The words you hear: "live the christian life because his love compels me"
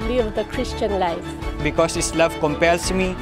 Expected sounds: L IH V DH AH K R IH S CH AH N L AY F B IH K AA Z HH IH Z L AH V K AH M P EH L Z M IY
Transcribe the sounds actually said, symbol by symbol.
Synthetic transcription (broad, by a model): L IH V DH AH K R IH S CH AH N L AY F B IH K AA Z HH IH S L AH V K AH M P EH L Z M IY